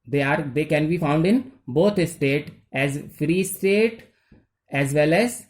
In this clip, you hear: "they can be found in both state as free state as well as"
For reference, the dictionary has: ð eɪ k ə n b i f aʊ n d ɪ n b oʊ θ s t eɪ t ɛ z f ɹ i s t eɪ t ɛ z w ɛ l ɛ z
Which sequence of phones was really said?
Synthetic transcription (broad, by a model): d eɪ k ə n b i f aʊ n d ɪ n b oʊ t s t eɪ t ɛ z f ɹ i s t eɪ t ɛ z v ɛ l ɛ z